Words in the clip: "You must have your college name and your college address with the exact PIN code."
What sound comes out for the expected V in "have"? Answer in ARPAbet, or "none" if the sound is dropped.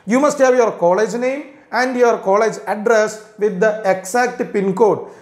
V